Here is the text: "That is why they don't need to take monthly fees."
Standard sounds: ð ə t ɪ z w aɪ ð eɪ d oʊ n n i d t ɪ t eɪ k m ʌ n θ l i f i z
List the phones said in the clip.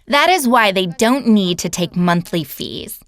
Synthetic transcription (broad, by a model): ð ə t ɪ z w aɪ ð eɪ d oʊ n n i d t ɪ t eɪ k m ʌ n θ l i f i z